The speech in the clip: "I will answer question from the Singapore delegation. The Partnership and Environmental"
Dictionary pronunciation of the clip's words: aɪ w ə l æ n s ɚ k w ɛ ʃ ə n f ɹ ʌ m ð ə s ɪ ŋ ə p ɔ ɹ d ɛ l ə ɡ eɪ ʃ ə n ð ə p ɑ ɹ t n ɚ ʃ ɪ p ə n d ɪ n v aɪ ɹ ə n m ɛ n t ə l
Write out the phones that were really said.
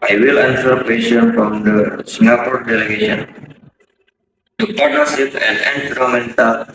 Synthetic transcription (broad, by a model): aɪ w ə l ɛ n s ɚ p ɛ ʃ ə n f ɹ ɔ m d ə s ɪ ŋ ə p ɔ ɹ d ɛ l ə ɡ eɪ ʃ ə n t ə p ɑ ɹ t ɚ s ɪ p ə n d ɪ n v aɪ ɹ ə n m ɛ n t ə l